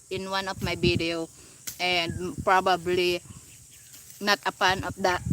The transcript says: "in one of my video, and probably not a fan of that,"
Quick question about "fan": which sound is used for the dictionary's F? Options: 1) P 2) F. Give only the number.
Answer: 1